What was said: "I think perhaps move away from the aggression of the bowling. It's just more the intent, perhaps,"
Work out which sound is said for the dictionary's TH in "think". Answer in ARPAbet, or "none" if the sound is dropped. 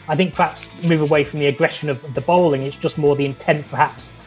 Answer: TH